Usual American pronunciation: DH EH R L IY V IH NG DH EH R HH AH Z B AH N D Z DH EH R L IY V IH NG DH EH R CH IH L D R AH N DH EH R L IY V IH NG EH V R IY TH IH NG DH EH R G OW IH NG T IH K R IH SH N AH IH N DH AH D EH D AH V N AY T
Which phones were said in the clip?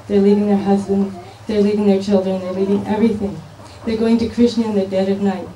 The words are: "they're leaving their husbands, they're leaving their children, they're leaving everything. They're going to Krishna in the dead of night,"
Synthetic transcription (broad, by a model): DH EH R L IY V IH NG DH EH R HH AH Z B AH N D Z DH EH R L IY V IH NG DH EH R CH IH L D R AH N DH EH R L IY V IH NG EH V R IY TH IH NG DH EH R G OW IH NG T IH K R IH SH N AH IH N DH AH D EH D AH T N AY T